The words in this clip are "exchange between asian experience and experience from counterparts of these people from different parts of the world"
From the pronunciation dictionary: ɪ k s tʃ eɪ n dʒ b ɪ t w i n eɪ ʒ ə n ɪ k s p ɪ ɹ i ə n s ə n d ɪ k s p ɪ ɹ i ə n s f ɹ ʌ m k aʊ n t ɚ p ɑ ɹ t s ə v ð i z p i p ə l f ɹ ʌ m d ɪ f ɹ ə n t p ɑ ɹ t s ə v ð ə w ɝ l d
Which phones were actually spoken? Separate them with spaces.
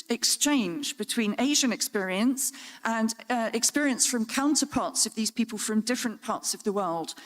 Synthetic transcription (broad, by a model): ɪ k s tʃ eɪ n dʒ b ɪ t w i n eɪ ʒ ə n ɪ k s p ɪ ɹ i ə n s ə n ɪ k s p ɪ ɹ i ə n s f ɹ ʌ m k aʊ n t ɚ p ɑ t s ə v ð i z p i p ə l f ɹ ʌ m d ɪ f ɹ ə n p ɑ t s ə v ð ə w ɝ l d